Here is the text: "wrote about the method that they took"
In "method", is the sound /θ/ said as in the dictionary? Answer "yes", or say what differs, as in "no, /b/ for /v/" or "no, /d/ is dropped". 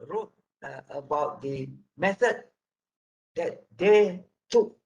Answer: no, /s/ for /θ/